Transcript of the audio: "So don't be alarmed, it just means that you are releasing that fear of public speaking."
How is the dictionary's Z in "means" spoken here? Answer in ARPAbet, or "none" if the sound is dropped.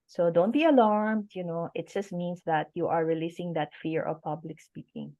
S